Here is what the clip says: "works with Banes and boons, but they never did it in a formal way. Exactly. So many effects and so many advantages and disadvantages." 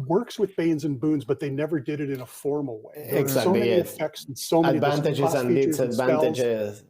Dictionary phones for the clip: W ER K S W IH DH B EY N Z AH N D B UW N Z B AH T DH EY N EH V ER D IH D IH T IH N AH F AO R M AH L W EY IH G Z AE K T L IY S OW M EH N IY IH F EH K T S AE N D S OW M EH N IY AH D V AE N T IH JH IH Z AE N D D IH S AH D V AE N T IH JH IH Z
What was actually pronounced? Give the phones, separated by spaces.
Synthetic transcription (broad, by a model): W ER K S W IH DH B EY N Z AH N B UW N Z B AH T DH EY N EH V ER D IH D IH T IH N AH F AO R M L W EY IH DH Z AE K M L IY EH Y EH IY IH F EH K T S N S OW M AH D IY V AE N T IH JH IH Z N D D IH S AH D V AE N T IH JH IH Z